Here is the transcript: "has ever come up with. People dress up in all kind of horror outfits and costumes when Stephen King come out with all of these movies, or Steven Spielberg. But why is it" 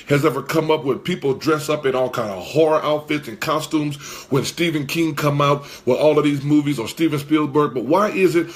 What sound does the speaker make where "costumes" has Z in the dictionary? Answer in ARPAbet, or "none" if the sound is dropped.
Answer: Z